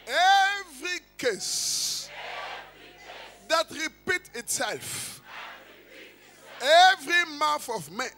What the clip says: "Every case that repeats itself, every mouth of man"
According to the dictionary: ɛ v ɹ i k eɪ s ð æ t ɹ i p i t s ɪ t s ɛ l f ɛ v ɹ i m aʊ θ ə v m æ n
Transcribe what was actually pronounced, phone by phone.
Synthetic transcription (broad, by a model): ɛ v ɹ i k eɪ s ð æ t ɹ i p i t ɪ t s ɛ l f ɛ v ɹ i m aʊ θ ə v m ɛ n